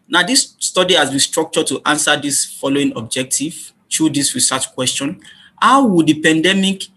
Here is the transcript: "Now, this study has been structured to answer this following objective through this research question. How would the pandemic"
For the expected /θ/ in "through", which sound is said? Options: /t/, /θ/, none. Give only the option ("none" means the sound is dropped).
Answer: /t/